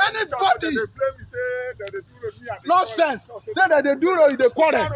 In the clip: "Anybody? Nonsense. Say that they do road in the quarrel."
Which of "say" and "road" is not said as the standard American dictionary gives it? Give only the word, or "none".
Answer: road